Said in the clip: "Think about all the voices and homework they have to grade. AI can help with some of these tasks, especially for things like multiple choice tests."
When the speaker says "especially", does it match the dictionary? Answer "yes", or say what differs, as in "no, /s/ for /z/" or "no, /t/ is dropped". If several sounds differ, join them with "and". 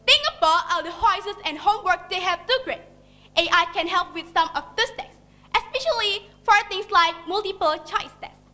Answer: yes